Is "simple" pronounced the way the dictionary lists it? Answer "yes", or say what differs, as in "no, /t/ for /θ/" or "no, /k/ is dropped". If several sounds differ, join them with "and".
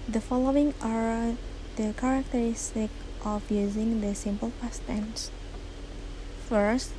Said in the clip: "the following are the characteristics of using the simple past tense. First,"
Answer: yes